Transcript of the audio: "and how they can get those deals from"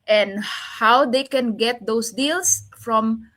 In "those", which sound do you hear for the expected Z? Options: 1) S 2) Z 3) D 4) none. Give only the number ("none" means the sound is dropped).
1